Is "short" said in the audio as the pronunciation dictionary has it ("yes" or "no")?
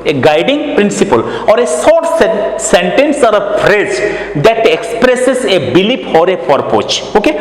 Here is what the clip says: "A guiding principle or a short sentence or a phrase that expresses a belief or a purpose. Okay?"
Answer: no